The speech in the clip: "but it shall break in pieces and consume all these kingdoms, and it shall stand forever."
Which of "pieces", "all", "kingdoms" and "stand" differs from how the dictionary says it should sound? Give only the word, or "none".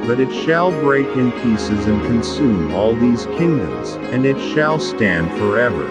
none